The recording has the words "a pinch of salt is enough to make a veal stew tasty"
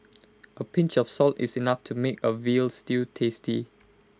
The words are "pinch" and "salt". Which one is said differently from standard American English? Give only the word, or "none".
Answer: none